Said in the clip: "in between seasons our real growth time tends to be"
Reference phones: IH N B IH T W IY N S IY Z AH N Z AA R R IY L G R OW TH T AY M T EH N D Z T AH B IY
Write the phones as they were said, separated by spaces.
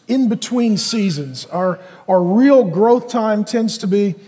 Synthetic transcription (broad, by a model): IH N B IH T W IY N S IY Z AH N Z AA R R IY L G R OW TH T AY M T EH N D Z T AH B IY